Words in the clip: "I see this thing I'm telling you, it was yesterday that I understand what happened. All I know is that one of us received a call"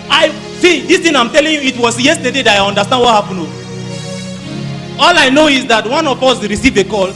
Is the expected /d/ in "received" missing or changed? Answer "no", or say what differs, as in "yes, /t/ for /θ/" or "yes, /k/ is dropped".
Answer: yes, /d/ is dropped